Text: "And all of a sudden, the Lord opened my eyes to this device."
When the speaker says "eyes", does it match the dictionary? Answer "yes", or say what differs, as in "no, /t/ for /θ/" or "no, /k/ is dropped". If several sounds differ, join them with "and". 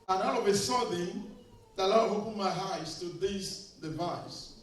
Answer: no, /s/ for /z/